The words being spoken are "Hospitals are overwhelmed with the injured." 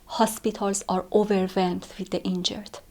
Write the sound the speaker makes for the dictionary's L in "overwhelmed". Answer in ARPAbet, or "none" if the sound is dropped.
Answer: none